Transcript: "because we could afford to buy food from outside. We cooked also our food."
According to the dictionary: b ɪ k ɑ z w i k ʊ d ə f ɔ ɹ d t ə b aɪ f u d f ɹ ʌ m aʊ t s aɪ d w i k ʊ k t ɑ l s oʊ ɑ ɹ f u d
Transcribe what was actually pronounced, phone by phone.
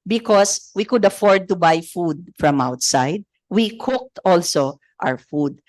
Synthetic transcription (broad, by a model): b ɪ k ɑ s w i k ʊ d ə f ɔ ɹ d t ə b aɪ f u d f ɹ ʌ m aʊ t s aɪ d w i k ʊ k t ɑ l s oʊ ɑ w f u d